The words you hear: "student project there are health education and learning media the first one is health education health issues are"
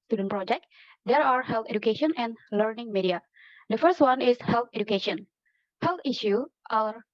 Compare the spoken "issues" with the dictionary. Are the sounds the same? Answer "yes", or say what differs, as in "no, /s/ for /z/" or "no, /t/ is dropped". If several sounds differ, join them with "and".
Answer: no, /z/ is dropped